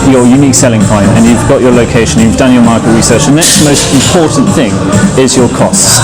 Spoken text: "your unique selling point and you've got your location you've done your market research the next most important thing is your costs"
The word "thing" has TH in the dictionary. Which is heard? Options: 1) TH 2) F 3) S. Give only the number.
1